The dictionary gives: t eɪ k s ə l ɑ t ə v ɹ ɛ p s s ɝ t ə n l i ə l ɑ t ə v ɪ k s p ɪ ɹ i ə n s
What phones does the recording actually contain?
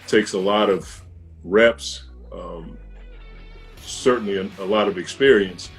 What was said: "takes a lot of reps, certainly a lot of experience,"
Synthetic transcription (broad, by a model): t eɪ k s ə l ɑ t ə v ɹ ɛ p s s ɝ t n l i ə l ɑ t ə v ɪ k s p ɪ ɹ i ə n s